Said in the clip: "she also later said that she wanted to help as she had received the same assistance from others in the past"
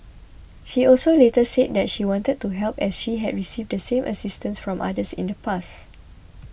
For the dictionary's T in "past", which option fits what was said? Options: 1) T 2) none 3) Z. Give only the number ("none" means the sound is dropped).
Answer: 2